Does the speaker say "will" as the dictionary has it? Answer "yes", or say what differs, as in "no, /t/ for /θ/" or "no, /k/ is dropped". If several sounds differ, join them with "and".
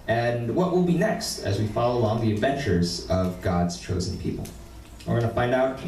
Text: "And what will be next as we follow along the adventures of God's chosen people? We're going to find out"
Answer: yes